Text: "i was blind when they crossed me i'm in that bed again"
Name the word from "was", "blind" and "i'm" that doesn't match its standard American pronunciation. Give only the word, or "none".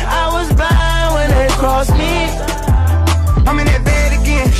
blind